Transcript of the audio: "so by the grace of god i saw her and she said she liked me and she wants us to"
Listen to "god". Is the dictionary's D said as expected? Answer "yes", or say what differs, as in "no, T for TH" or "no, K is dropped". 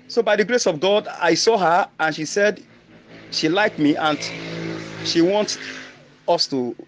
yes